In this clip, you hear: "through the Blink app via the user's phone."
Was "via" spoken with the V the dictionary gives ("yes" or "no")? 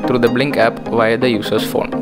yes